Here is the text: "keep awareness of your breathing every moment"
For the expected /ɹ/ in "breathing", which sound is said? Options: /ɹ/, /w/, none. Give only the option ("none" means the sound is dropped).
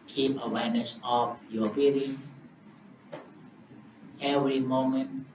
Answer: none